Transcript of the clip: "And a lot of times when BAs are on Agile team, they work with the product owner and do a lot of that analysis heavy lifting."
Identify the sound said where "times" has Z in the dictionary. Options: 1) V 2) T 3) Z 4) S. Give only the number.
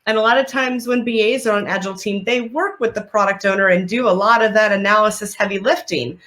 3